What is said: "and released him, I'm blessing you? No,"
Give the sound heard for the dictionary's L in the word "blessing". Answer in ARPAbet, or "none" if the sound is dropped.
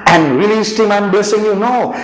none